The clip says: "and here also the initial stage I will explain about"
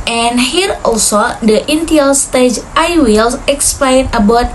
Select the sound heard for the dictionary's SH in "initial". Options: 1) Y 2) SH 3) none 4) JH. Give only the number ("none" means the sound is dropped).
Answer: 3